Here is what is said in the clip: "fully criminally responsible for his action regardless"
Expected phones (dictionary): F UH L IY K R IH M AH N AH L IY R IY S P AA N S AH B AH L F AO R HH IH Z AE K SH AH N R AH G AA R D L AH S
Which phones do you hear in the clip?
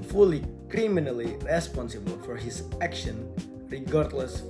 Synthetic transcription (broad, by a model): F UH L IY K R IH M AH N AH L IY R IY S P AA N S AH B AH L F AO R HH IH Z AE K SH AH N R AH G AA R D L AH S